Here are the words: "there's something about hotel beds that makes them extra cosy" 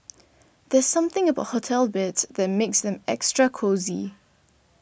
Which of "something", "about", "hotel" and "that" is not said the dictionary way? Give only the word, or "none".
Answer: none